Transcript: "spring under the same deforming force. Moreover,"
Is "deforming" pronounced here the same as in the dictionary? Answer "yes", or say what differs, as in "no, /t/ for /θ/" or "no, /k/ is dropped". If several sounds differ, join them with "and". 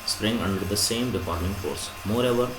no, /p/ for /f/